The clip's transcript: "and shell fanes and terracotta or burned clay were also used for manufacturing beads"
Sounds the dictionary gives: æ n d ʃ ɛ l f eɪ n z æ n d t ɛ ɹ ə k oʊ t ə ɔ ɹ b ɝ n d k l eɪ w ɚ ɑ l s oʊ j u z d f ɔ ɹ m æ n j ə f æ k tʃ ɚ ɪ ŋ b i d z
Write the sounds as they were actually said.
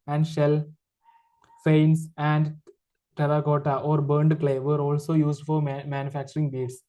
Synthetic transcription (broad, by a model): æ n d ʃ ɛ l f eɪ n s æ n d t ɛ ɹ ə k oʊ t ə ɔ ɹ b ɝ n d k l eɪ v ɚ ɑ l s oʊ j u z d f ɔ ɹ m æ n j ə f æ k tʃ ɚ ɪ ŋ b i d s